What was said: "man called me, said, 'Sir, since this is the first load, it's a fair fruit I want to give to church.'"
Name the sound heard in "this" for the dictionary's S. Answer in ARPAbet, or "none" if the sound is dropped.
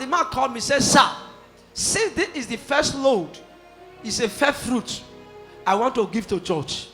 none